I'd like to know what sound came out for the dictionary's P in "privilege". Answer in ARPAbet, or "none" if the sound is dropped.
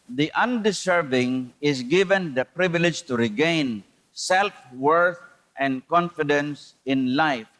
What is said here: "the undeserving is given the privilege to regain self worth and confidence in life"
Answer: P